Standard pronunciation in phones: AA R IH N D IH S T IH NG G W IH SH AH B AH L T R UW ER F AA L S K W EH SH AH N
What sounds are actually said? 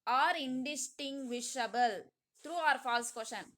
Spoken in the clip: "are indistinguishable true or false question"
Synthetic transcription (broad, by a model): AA R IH N D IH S T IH NG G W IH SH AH B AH L T R UW ER F AA L S K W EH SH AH N